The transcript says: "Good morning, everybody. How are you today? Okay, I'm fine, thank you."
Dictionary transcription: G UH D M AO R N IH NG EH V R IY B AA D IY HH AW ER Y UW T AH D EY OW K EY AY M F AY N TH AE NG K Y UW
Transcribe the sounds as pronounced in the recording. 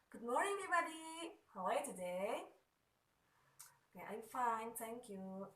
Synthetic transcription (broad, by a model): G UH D M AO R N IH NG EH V IY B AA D IY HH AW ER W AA T AH D EY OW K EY AY M F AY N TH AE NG K Y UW